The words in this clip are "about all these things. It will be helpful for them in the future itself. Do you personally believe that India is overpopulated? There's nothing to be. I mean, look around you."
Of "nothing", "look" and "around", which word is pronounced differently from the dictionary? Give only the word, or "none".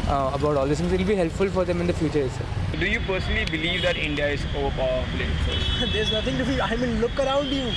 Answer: nothing